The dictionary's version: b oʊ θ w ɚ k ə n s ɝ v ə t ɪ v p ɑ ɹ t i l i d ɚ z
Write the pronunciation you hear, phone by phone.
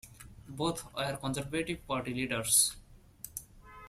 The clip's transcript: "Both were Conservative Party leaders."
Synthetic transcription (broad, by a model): b oʊ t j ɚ k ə n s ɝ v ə t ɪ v p ɑ ɹ t i l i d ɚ s